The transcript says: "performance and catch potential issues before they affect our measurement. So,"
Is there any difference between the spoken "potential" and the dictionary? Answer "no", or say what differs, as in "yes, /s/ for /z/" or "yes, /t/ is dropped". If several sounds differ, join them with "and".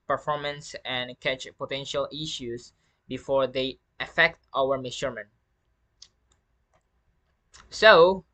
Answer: no